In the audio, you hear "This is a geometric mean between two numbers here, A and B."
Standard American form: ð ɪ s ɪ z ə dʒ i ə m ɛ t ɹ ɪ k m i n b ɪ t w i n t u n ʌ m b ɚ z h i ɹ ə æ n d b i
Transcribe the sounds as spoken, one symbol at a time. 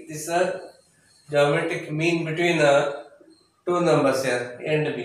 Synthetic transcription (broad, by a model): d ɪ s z ə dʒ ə m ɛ t ɪ k m i n b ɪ t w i n t u n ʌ m b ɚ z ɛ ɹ ə n d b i